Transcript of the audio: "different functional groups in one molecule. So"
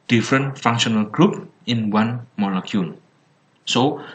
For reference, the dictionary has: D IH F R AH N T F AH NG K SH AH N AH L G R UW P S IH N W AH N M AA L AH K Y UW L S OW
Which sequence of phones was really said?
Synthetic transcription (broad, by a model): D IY F R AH N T F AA NG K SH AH N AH L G R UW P IH N W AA N M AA L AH K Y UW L S OW